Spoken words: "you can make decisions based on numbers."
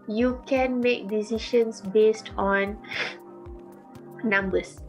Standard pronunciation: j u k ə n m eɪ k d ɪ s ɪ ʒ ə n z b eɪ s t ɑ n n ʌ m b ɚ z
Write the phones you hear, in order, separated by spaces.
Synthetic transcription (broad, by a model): j u k ə n m eɪ k d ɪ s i ʃ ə n s b eɪ s t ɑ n n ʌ m b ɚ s